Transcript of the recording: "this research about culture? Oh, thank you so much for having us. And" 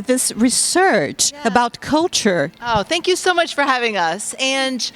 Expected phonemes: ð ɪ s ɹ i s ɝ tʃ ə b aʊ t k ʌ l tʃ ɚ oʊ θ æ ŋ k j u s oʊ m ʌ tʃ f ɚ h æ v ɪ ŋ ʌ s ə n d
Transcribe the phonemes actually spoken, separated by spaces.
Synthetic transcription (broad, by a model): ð ɪ s ɹ i s ɝ tʃ ə b aʊ t k ʌ l tʃ ɚ oʊ θ æ ŋ k j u s oʊ m ʌ tʃ f ɚ h æ v ɪ ŋ ʌ s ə n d